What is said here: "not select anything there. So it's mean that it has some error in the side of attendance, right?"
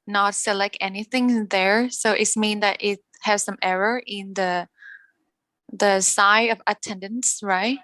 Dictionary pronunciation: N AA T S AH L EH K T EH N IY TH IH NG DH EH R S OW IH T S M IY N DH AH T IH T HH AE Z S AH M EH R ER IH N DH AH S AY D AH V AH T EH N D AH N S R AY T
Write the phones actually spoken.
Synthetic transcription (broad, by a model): N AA T S AH L EH K T EH N IY TH IH NG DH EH R S OW IH T S M IY N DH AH T IH T HH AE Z S AH M EH R ER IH N DH AH S AY AH V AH T EH N D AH N S R AY T